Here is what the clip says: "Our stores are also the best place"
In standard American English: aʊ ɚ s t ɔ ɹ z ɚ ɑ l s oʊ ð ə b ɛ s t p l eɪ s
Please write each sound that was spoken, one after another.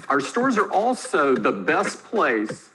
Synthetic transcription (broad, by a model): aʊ ɚ s t ɔ ɹ z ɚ ɑ l s oʊ ð ə b ɛ s p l eɪ s